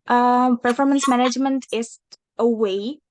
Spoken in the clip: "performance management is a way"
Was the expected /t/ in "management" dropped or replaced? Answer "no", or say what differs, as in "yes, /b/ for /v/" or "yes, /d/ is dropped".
no